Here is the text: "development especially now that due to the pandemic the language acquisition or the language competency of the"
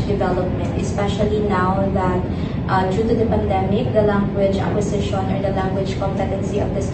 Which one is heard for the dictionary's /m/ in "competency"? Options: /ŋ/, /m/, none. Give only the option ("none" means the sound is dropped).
/m/